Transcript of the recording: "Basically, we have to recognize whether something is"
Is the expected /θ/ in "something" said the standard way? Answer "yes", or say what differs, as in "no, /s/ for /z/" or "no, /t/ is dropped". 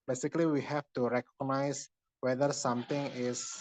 no, /t/ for /θ/